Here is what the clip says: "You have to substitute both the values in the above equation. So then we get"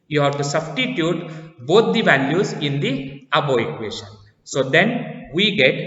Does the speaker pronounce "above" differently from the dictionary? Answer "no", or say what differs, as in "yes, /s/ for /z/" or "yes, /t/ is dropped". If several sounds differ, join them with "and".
yes, /v/ is dropped